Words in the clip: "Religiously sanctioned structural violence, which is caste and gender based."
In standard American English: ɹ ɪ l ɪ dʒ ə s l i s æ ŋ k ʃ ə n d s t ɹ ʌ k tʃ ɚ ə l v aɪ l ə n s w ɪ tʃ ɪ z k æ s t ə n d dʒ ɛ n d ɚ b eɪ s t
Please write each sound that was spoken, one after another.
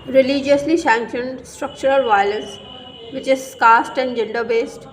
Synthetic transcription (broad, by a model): ɹ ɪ l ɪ dʒ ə s l i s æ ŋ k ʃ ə n d s t ɹ ʌ k tʃ ɚ ə l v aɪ l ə s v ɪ tʃ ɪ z k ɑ s t ə n d dʒ ɛ n d ɚ b eɪ s t